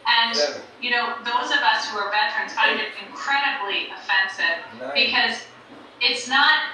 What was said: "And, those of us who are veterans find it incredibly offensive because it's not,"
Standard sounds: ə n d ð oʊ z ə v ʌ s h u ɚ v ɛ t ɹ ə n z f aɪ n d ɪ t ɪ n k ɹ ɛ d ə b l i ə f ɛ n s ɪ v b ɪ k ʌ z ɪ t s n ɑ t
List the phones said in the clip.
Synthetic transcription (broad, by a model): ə n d ð oʊ z ə v ʌ s h u ɚ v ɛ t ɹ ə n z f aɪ d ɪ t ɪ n k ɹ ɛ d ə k l i ə f ɛ n s ɪ v b ɪ k ʌ z ɪ t s n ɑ t